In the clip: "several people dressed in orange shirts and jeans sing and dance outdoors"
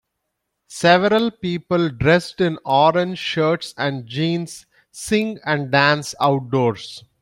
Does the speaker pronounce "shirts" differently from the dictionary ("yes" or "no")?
no